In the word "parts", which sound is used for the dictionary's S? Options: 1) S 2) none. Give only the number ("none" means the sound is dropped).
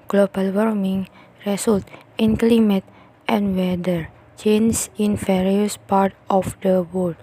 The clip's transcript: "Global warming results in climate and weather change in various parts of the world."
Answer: 2